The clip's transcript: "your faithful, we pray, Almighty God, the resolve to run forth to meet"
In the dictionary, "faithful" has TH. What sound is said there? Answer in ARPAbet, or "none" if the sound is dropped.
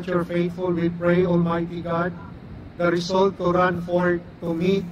T